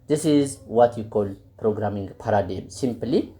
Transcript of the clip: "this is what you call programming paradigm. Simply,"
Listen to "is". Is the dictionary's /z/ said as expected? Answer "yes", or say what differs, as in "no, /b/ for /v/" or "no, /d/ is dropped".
yes